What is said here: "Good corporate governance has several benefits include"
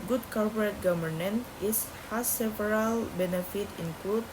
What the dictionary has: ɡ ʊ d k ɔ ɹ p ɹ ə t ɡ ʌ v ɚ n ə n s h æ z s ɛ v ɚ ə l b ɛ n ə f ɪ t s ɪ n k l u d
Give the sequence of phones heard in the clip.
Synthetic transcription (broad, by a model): ɡ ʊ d k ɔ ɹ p ɹ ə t ɡ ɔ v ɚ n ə n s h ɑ s ɛ v ɚ ə l b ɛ n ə f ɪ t ɪ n k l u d